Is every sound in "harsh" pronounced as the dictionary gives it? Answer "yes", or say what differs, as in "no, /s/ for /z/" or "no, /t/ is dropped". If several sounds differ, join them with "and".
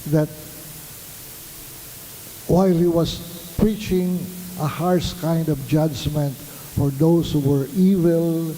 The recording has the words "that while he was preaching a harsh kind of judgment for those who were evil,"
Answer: no, /s/ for /ʃ/